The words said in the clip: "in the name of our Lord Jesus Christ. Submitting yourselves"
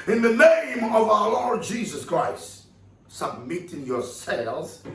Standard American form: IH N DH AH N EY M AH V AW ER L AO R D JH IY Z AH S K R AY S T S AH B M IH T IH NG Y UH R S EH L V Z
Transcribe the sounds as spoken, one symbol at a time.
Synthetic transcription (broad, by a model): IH N DH AH N EY M AH V AW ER L AO R D JH IY Z AH S K R AY S T S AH B M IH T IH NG Y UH R S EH L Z